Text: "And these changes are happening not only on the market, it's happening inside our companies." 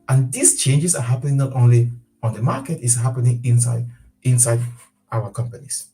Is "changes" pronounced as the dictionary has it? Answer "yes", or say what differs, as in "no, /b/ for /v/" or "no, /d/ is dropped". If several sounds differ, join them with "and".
no, /s/ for /z/